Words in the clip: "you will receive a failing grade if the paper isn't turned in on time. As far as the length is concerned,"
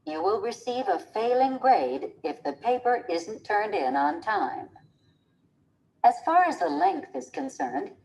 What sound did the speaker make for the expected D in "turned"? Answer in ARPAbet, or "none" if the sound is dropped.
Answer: D